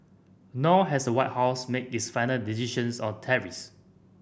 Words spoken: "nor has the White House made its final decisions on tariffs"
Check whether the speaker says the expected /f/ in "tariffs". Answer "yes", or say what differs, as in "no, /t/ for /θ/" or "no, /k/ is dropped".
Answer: no, /f/ is dropped